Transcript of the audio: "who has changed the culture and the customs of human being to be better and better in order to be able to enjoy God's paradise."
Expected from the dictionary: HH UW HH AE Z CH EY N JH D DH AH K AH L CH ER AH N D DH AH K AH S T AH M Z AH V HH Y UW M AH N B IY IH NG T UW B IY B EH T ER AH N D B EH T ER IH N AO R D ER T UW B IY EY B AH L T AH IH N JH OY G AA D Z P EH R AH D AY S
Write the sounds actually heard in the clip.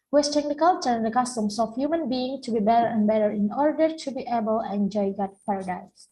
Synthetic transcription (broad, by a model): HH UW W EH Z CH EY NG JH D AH K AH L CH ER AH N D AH K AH S T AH M S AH F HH Y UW M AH N B IY IH NG T UW B IY B EH T ER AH N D B EH T ER IH N AO R D ER T UW B IY EY B AH L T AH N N JH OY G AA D P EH R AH D AY S